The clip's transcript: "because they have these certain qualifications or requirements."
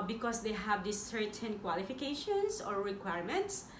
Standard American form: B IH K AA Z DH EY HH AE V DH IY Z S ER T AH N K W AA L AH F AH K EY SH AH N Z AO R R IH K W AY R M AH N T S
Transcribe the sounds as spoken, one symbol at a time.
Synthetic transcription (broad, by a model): B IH K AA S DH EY HH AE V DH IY S ER T AH N K W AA L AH F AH K EY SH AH N S AO R R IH K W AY R M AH N T S